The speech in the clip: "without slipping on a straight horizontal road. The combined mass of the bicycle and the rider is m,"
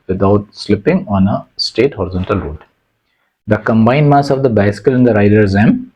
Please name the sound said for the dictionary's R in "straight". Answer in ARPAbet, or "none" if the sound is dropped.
none